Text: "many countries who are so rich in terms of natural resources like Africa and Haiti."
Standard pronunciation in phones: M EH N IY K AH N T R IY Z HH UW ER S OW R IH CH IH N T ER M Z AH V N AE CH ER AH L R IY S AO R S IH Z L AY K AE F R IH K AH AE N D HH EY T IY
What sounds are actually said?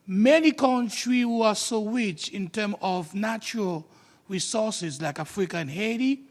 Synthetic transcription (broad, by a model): M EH N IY K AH N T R IY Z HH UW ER S OW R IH CH IH N T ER M AH V N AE CH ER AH L R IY S AO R S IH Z L AY K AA F R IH K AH N HH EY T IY